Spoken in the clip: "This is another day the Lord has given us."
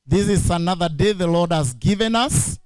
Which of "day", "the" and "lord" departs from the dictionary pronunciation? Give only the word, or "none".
none